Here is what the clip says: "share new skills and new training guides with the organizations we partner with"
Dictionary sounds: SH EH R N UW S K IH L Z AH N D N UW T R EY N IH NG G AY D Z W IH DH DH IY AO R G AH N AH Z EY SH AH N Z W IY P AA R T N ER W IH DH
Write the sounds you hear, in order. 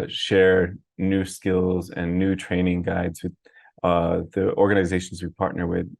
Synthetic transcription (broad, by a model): SH EH R N UW S K IH L Z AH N N UW T R EY N IH NG G AY D Z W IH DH DH IY AO R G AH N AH Z EY SH N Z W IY P AA R T N ER W IH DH